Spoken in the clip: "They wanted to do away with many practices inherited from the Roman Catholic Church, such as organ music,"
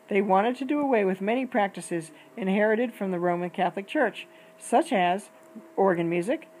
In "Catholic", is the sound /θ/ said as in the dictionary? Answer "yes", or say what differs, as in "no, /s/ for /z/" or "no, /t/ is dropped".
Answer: yes